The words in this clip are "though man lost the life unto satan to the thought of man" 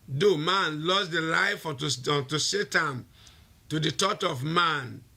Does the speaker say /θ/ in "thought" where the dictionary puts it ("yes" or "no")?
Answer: no